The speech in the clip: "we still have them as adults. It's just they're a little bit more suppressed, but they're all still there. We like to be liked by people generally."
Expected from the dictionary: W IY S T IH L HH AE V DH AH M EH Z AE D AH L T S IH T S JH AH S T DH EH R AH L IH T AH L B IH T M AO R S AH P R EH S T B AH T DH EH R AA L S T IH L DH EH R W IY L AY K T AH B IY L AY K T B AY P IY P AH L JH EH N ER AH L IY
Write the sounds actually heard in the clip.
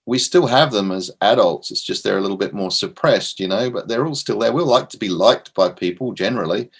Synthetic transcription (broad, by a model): W IY S T IH L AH V DH AH M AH Z AE D AH L T S IH T S JH AH S T DH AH R AH L IH T L B IH T M AO R S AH P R EH S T B AH T DH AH R AA L S T IH L DH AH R W IY L AY K T AH B IY L AY K T B AY P IY P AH L JH EH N ER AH L IY